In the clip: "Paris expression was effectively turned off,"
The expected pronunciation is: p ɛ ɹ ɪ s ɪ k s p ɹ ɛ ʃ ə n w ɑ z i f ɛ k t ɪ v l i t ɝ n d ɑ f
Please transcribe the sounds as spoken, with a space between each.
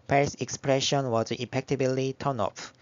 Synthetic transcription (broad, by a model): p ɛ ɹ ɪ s ɪ k s p ɹ ɛ ʃ ə n w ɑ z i p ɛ k t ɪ b l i t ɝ n ɑ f